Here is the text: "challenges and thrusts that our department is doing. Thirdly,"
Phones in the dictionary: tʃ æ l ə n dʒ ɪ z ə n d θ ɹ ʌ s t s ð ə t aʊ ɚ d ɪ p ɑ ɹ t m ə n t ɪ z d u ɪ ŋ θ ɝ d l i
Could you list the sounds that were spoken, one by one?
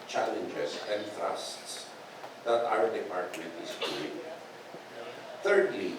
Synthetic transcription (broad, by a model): tʃ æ l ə n dʒ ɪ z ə n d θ ɹ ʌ s t s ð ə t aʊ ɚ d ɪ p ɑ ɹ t ə t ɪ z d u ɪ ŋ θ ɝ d l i